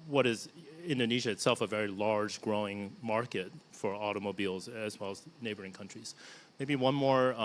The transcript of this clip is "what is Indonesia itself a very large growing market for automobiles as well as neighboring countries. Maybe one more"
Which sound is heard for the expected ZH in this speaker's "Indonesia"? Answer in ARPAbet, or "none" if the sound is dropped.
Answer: ZH